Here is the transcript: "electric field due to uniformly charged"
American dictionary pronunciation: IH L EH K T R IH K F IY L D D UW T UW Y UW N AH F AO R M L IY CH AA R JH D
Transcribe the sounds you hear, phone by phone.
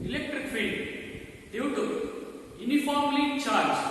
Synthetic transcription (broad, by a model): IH L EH K T R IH K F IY N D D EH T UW Y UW N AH F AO R M L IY CH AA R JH